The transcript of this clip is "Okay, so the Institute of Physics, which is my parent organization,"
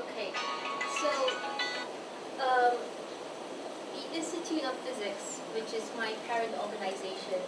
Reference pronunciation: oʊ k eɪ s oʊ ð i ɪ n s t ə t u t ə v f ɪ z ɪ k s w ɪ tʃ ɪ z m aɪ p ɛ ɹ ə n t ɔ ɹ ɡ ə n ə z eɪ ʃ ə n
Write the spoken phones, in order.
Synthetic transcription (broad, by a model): oʊ k eɪ s oʊ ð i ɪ s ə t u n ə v f ɪ z ɪ k s w ɪ tʃ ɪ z m aɪ p ɛ ɹ ə n t ɔ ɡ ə n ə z eɪ ʃ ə n